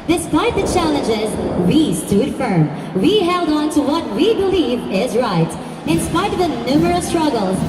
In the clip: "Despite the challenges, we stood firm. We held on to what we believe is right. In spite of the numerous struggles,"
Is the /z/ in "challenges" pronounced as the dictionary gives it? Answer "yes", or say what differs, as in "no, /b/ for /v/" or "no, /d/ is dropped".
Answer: yes